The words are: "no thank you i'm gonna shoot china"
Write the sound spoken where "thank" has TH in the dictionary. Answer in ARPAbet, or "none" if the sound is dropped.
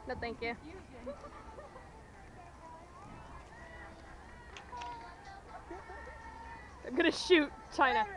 T